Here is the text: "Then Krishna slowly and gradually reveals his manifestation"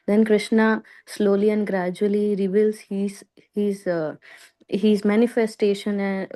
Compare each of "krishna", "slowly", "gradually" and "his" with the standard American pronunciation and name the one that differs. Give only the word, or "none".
none